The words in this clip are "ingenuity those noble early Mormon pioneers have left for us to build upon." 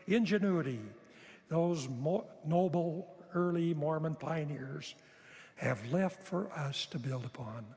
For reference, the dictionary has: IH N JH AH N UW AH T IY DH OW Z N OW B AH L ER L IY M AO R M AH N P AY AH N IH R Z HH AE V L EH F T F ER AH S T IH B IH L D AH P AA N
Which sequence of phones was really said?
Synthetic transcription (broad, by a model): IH N JH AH N UW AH T IY DH OW Z N OW B L ER L IY M AO R M AH N P AY AH N IH R Z HH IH V L EH F T F ER AH S T IH B IH L D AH P AA N